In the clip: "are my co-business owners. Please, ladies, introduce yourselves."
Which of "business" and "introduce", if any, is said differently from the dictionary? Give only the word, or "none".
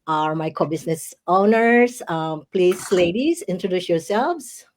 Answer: business